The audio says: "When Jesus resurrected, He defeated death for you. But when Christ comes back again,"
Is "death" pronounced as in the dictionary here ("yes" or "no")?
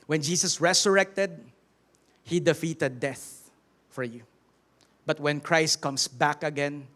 yes